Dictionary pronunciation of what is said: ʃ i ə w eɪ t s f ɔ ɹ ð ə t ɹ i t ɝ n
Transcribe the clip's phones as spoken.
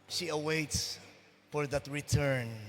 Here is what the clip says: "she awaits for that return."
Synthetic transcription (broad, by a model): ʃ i ə w eɪ t s f ɔ ɹ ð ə t ɹ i t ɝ n